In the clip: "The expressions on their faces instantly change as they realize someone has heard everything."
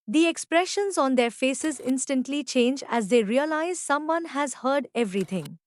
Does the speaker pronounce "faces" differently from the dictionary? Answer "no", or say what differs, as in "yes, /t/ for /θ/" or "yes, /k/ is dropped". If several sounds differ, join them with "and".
no